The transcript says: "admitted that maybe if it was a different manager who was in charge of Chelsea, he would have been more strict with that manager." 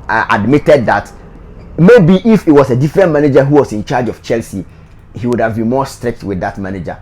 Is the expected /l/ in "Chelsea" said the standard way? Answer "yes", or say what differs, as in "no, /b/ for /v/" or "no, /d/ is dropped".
yes